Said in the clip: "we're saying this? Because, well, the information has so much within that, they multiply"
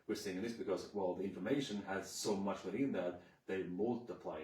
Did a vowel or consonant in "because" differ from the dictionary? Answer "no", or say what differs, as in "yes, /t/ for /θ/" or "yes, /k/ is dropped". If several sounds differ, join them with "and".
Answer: no